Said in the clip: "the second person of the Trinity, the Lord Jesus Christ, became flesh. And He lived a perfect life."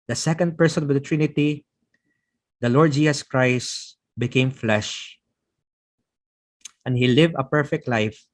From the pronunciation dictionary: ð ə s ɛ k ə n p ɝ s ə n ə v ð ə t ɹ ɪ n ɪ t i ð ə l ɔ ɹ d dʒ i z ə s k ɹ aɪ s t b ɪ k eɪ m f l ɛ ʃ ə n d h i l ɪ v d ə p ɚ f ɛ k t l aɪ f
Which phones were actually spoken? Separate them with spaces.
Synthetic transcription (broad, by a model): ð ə s ɛ k ə n p ɝ s ə n ə v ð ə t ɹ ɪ n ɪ t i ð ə l ɔ ɹ d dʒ i s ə s k ɹ aɪ s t b ɪ k eɪ m f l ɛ ʃ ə n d h i l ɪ v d ə p ɚ f ɛ k t l aɪ f